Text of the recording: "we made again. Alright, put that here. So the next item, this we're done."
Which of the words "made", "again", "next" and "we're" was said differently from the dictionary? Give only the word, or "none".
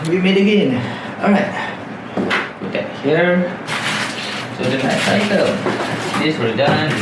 next